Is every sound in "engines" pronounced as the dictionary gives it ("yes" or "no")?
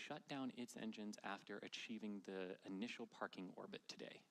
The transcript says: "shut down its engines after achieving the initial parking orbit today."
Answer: yes